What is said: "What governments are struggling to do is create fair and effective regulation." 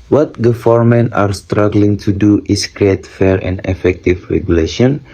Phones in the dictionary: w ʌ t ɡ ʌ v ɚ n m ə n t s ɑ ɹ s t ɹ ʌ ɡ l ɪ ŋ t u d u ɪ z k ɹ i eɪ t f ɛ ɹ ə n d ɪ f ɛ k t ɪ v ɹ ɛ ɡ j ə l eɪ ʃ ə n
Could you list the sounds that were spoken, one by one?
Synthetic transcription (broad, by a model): w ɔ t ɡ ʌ f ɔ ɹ m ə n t ɑ ɹ s t ɹ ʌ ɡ l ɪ ŋ t u d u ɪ s k ɹ i eɪ t f ɛ ɹ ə n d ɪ f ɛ k t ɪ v ɹ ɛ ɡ j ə l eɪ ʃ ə n